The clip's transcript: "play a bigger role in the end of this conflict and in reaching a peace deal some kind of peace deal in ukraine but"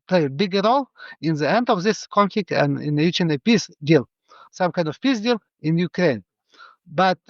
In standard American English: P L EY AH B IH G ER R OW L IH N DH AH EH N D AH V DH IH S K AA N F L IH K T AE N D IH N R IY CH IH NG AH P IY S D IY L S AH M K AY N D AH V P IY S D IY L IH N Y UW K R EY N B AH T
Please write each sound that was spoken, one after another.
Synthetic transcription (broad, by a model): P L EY B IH G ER R OW L IH N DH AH EH N D AH V DH IH S K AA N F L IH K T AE N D IH N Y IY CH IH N AH P IY S D IY L S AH M K AY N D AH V P IY S D IY L IH N Y UW K R EY N B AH T